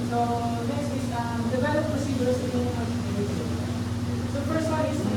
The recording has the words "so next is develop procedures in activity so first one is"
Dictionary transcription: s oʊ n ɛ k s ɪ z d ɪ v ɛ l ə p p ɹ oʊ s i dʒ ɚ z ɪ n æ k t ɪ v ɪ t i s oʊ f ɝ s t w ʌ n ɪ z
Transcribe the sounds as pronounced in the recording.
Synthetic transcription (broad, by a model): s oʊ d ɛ s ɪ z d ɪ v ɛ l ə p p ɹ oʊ s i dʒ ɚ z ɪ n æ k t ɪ ɪ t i s oʊ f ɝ s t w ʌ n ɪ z